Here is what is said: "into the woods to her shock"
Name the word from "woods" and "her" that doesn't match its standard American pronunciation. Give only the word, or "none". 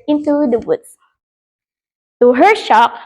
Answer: woods